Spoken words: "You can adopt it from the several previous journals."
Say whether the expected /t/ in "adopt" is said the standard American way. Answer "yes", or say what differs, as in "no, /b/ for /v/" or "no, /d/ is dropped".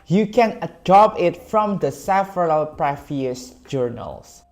no, /t/ is dropped